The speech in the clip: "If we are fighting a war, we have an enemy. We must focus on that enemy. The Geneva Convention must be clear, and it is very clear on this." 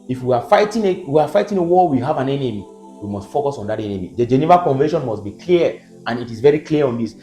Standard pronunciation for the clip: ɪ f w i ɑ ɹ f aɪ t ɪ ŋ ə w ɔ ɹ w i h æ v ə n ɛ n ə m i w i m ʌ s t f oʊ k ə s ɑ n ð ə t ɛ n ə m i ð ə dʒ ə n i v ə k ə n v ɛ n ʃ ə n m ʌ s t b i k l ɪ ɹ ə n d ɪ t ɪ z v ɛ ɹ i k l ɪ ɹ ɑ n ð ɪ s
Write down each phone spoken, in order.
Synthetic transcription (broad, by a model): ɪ f w i ɑ w f aɪ t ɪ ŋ ə w ɔ w i h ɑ v ə n ɛ n ə m i w i m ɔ s t f oʊ k ə s ɑ n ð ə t ɛ n ə m i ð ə dʒ ə n i v ə k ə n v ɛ ʃ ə n m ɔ s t b i k l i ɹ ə n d ɪ t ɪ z v ɛ ɹ i k l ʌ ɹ ɑ n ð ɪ s